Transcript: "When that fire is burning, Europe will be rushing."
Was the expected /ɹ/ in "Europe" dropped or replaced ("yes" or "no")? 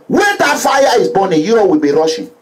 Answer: yes